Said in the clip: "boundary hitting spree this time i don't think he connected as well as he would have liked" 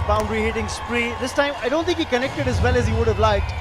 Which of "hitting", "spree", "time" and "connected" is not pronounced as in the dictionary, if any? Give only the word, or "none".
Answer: none